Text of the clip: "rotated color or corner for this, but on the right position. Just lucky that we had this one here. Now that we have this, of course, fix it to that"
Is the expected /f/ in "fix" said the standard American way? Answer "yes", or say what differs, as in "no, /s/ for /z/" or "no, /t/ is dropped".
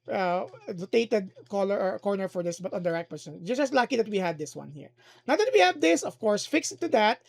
yes